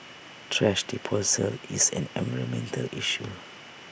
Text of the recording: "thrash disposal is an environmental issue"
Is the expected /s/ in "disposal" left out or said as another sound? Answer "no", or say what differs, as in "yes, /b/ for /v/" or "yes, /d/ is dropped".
yes, /s/ is dropped